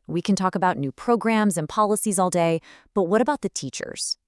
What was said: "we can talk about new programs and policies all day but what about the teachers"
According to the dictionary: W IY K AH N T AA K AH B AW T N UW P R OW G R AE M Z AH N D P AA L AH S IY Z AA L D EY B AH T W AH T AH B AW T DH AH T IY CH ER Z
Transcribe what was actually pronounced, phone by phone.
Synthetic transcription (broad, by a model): W IY K AH N T AA K AH B AW T N UW P R OW G R AE M Z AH N P AA L AH S IY Z AA L D EY B AH T W AH T AH B AW T DH AH T IY CH ER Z